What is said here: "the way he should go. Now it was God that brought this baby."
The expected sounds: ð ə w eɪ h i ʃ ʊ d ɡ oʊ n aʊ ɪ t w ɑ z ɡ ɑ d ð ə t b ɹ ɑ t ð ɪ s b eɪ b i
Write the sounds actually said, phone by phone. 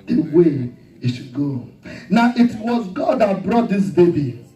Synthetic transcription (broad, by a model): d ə w eɪ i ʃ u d ɡ oʊ n aʊ ɪ t w ɑ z ɡ ɑ d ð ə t b ɹ ɑ t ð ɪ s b eɪ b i